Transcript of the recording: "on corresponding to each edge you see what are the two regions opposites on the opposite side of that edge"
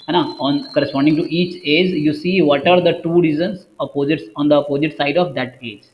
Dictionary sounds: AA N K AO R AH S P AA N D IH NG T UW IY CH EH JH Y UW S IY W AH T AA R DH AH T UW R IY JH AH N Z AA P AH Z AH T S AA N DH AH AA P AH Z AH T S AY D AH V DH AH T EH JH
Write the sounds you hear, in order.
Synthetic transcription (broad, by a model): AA N K AO R AH S P AA N D IH NG T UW IY CH EH JH Y UW S IY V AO T AA R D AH T UW R IY Z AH N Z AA P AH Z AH T S AA N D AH P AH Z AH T S AY D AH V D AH T EH JH